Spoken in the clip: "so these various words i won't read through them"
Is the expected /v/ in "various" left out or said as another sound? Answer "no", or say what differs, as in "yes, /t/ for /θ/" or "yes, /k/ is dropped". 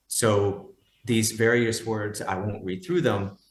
no